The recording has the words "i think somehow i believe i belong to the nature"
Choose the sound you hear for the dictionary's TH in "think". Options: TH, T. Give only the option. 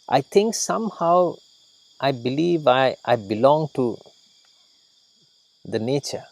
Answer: T